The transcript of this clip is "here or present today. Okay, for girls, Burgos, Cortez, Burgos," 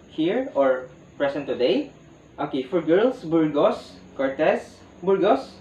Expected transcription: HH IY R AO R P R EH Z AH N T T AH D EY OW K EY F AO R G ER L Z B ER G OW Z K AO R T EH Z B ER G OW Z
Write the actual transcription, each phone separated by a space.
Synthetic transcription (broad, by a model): HH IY R AO R P R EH S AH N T T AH D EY OW K EY F AO R G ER L S B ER G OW S K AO R T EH S B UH G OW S